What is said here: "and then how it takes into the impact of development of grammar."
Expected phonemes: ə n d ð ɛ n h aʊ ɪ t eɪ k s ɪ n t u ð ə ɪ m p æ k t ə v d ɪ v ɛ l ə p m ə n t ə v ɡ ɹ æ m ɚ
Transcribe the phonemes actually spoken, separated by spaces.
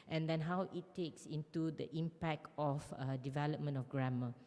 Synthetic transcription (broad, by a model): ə n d ɛ n h aʊ ɪ t eɪ k s ɪ n t u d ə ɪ m p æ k t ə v d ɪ v ɛ l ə p m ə n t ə f ɡ ɹ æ m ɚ